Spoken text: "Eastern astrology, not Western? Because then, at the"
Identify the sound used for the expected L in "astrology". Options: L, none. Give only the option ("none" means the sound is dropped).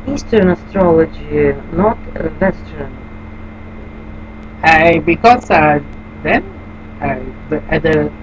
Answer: L